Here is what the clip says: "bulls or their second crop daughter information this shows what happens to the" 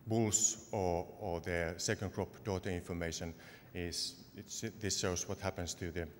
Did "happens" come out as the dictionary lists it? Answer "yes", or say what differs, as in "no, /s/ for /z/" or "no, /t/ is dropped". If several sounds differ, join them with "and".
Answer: no, /s/ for /z/